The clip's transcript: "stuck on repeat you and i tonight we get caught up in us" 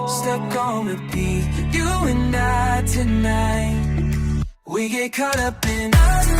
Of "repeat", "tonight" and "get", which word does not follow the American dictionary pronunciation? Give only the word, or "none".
repeat